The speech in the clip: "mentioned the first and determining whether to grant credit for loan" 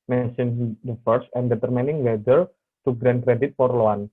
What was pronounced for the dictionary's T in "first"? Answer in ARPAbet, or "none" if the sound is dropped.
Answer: none